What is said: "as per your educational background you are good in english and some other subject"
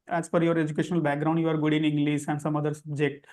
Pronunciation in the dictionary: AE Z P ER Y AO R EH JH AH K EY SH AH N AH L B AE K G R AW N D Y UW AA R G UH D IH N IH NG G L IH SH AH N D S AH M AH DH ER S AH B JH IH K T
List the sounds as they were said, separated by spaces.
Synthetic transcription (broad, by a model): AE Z F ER Y AO R EH JH AH K EY SH AH N AH L B AE K G R AW N D Y UW AA R G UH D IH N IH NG G L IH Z AH N D S AH M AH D ER S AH B JH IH K T